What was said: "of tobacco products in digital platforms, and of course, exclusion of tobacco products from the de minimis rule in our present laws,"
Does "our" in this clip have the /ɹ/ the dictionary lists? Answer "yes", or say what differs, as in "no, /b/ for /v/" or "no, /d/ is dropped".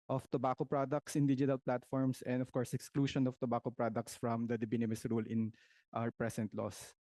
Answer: no, /w/ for /ɹ/